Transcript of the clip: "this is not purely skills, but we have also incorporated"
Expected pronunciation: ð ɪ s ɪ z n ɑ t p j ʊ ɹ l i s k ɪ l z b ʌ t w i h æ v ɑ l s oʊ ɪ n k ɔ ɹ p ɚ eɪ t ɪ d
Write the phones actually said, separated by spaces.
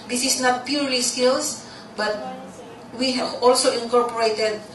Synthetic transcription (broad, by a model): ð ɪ s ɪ s n ɑ t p j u ɹ l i s k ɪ l s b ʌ t w i h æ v ɑ l s oʊ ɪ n k ɔ ɹ p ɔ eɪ t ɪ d